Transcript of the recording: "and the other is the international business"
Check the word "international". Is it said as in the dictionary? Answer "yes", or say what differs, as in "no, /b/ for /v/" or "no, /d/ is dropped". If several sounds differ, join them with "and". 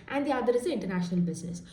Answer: yes